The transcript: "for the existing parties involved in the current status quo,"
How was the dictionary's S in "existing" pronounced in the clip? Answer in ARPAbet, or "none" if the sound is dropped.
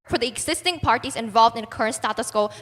S